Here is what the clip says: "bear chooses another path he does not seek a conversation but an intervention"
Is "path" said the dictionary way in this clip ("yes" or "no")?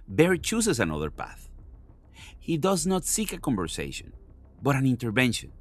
yes